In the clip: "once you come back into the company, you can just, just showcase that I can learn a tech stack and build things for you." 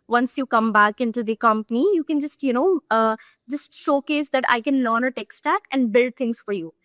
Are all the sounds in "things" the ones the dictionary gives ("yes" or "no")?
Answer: no